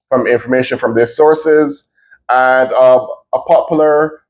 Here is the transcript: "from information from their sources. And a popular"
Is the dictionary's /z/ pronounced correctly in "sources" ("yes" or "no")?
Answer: yes